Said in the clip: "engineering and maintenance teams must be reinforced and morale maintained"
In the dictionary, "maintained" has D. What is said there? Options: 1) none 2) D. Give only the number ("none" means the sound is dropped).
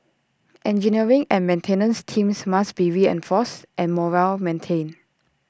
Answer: 1